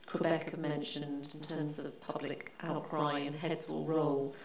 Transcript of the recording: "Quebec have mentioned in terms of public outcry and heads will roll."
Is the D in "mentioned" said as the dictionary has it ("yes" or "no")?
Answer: yes